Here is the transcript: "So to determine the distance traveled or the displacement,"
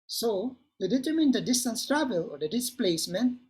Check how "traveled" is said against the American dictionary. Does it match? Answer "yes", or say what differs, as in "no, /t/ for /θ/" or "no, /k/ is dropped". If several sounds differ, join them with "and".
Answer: no, /d/ is dropped